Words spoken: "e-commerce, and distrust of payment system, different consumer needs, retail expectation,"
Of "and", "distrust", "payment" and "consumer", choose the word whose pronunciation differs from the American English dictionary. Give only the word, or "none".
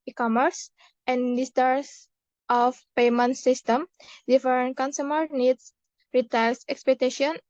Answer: distrust